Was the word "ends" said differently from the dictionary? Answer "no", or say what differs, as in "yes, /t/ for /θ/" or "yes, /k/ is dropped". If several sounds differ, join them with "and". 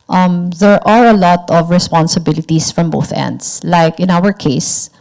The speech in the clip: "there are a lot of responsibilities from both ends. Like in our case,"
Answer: yes, /s/ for /z/